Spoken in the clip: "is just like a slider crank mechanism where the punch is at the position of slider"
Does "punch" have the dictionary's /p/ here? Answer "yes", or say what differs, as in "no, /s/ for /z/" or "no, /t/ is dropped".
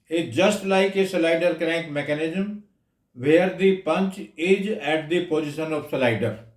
yes